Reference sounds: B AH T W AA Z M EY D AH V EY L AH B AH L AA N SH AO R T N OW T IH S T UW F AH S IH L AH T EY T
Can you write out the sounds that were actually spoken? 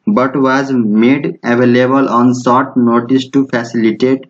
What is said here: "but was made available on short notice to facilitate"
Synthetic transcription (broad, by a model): B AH T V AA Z M EY D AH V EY L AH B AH L AA N S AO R T N OW T IH S T UW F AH S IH L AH T EY T